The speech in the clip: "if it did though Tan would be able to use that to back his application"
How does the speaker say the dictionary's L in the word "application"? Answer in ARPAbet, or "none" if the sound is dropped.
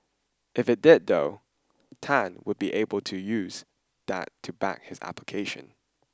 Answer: L